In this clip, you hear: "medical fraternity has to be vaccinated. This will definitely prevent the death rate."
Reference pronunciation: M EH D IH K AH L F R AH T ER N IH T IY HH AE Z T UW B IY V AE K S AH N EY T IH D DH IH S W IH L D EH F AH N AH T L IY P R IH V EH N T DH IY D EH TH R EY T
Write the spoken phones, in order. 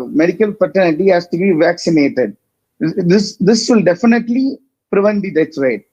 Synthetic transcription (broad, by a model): M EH D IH K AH L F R T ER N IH T IY HH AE S T UW B IY V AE K S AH N EY T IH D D IH S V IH L D EH F AH N AH T L IY P R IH V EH N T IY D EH S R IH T